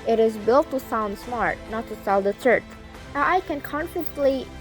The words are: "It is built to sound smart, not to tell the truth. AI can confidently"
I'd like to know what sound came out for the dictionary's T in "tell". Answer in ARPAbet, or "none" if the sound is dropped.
S